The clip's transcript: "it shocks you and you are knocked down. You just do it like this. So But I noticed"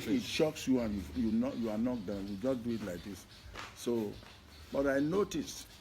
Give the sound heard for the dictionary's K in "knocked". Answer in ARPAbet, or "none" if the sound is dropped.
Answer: none